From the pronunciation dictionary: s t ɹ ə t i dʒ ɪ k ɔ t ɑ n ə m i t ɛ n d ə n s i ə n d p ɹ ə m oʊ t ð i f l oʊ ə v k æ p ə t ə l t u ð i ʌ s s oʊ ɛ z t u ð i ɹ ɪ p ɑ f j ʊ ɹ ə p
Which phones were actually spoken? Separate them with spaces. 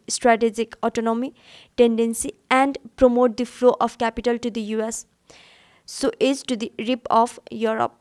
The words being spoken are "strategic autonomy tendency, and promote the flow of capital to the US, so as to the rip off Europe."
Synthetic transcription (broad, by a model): s t ɹ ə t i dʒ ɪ k ɔ t ɑ n ə m i t ɛ n d ə n s i ə n d p ɹ ə m oʊ t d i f l oʊ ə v k æ p ə t ə l t u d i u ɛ s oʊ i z t u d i ɹ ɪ p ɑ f j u ɹ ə p